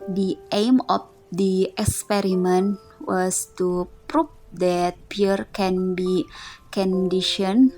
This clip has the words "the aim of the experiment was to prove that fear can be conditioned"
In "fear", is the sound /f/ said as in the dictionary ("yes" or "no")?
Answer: no